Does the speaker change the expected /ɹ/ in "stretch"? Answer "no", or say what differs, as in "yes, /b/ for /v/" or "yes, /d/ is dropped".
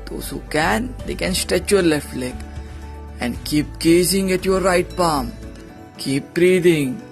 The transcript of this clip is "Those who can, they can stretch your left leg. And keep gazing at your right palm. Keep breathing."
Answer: yes, /ɹ/ is dropped